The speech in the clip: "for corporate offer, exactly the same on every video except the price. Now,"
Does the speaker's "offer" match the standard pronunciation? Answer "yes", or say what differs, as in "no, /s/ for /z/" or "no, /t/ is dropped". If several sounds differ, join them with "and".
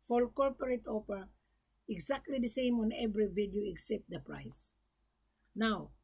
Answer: no, /p/ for /f/